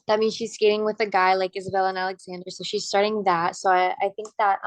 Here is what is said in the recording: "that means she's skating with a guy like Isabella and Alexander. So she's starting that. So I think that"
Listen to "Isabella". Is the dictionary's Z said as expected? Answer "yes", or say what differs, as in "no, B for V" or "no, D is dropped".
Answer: yes